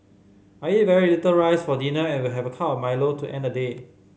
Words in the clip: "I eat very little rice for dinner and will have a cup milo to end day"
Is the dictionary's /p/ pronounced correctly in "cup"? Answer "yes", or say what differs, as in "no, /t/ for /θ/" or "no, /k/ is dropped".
no, /f/ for /p/